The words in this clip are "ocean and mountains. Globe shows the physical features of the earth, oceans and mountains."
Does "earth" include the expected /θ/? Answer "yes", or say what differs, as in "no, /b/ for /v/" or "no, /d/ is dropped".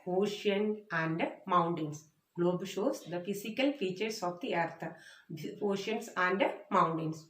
no, /t/ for /θ/